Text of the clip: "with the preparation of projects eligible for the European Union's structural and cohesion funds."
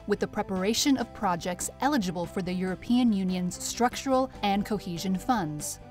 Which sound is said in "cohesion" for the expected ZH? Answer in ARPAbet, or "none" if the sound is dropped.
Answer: ZH